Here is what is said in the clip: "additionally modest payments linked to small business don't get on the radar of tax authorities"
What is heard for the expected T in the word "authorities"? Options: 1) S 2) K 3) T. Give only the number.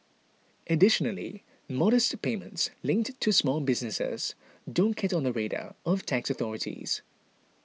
3